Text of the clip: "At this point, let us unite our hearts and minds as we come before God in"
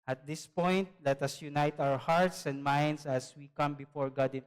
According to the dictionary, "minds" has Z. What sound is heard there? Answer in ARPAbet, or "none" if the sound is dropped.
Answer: S